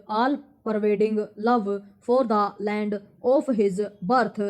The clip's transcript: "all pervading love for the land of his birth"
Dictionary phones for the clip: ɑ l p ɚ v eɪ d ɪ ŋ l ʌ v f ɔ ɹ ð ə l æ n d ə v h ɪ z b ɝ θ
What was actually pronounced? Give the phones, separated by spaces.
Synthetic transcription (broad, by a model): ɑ l p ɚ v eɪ d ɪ ŋ l ʌ v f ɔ ɹ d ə l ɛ n d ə p h ɪ z b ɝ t